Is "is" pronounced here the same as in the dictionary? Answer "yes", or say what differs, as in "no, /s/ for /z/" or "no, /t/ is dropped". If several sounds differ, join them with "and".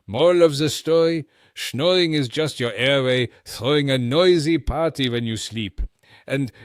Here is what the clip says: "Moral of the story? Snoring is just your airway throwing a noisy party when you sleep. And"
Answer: yes